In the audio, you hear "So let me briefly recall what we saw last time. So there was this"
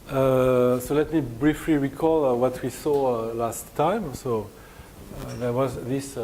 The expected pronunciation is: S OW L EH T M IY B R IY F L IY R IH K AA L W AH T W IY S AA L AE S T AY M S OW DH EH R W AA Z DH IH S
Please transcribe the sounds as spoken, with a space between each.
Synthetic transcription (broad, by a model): S OW L EH T M IY B R IY F L IY R IH K AA L W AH T W IY S AA L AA S T AY M S OW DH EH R W AA Z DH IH S